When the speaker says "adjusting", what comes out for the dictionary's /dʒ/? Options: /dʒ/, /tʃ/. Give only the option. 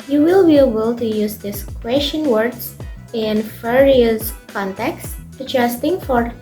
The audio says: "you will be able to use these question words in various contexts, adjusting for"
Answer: /tʃ/